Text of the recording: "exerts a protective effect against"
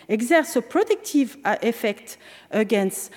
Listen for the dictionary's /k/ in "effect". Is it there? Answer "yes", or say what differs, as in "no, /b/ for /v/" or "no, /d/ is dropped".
yes